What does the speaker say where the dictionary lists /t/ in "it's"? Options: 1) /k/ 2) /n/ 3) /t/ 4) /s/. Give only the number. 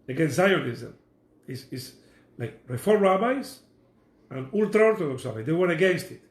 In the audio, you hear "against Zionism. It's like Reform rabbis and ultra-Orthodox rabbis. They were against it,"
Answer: 4